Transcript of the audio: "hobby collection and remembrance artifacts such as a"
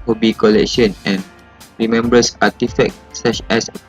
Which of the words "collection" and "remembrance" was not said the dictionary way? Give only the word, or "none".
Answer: remembrance